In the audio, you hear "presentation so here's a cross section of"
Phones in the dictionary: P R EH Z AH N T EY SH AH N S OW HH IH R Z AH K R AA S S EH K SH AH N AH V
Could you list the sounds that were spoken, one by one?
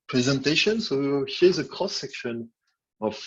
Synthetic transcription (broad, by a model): P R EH Z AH N T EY SH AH N S OW HH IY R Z AH K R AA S S EH K SH AH N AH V